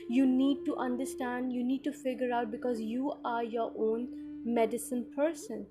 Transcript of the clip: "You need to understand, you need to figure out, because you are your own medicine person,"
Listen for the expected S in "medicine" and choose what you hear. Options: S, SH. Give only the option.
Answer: S